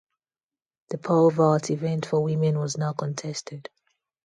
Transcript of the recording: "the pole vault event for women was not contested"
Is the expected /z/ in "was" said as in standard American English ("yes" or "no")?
yes